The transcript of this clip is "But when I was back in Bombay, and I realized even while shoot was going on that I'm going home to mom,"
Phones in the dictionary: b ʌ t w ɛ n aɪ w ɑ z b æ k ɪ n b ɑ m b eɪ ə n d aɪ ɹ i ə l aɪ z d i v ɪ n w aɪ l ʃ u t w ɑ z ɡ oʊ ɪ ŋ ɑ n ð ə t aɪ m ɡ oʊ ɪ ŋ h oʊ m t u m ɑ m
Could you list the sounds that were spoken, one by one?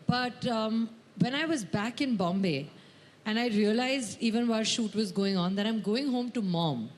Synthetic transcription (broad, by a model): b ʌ t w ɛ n aɪ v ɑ z b æ k ɪ n b ɑ m b eɪ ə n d aɪ ɹ i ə l aɪ z i v ɪ n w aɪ ʃ u t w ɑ z ɡ oʊ ɪ ŋ ɑ n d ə t aɪ m ɡ oʊ ɪ ŋ h oʊ m t u m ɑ m